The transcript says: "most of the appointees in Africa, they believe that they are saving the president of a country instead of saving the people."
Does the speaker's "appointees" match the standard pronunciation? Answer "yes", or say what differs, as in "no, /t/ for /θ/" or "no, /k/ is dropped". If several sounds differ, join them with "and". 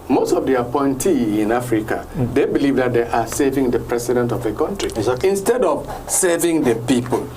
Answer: no, /z/ is dropped